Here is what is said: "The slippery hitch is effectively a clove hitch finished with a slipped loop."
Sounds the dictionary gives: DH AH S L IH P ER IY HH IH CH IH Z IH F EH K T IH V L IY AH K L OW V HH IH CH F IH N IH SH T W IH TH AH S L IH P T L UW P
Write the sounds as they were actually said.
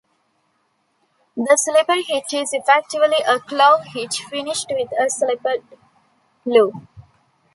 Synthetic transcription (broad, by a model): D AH S L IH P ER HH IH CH IH Z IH F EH K T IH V L IY AH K L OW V HH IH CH F IH N IH SH T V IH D AH S L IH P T L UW